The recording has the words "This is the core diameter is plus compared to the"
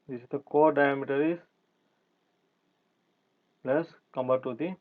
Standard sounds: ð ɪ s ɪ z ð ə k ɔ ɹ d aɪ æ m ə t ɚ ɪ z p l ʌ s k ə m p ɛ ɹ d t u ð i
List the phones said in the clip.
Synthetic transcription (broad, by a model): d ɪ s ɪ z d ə k ɔ ɹ d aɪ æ m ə t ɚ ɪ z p l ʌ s k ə m b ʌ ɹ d t u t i